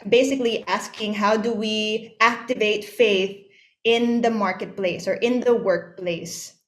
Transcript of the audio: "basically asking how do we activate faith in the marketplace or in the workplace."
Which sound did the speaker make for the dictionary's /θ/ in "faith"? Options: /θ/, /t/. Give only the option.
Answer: /θ/